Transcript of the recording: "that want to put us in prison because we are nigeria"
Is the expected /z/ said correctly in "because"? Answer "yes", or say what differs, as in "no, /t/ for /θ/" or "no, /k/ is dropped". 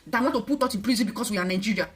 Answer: no, /s/ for /z/